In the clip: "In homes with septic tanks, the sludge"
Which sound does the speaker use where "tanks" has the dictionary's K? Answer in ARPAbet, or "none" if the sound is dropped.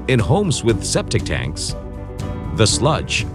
K